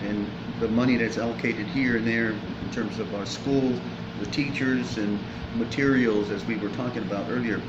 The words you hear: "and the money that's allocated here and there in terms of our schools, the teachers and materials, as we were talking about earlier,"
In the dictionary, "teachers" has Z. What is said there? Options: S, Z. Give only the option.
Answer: Z